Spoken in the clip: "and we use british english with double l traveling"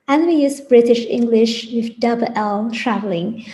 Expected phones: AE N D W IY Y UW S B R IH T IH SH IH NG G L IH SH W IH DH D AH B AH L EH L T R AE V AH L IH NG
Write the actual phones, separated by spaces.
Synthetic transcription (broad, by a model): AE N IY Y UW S B R IH T IH SH IH NG G L IH SH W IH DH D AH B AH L EH L T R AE V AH L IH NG